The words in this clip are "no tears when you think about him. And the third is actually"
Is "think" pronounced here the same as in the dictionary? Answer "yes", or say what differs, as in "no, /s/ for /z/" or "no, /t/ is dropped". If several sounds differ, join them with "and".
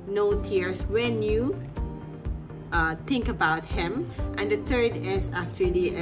no, /t/ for /θ/